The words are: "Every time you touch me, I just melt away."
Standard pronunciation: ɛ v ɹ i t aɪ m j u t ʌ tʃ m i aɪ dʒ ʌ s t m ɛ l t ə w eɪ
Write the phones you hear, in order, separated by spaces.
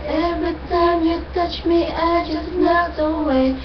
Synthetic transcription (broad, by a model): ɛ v ɹ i t aɪ m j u t ʌ tʃ m i aɪ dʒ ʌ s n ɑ t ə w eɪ